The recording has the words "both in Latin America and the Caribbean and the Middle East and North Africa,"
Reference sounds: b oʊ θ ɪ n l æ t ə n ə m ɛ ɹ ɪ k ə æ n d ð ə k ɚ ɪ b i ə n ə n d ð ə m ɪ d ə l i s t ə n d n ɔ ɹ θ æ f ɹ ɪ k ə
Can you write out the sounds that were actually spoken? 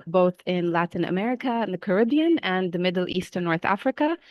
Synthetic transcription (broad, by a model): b oʊ θ ɪ n l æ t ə n ə m ɛ ɹ ɪ k ə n ð ə k ɚ ɪ b i ə n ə n ð ə m ɪ d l i s t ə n n ɔ ɹ θ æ f ɹ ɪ k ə